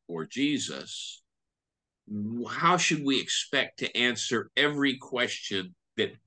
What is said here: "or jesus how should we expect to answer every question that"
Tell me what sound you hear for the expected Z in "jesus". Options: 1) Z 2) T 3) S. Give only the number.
1